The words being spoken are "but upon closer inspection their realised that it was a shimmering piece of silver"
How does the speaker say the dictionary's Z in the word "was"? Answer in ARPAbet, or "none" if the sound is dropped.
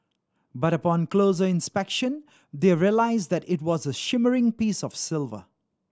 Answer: Z